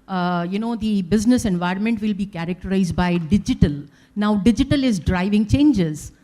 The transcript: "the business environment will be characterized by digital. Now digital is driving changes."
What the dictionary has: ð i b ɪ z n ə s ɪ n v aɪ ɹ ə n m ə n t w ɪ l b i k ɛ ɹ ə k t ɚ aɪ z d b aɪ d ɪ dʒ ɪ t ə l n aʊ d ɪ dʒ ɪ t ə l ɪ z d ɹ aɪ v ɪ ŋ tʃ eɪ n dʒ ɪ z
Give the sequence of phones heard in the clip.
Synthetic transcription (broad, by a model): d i b ɪ z n ə s ɪ n v aɪ ɹ ə n m ə n t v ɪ l b i k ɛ ɹ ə k t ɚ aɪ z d b aɪ d ɪ dʒ ɪ t ə l n aʊ d ɪ dʒ ɪ t ə l ɪ z d ɹ aɪ v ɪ ŋ tʃ eɪ n dʒ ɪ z